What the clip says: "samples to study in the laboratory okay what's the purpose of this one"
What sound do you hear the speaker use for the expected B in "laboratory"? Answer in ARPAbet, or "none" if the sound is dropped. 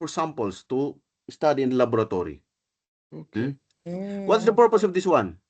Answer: none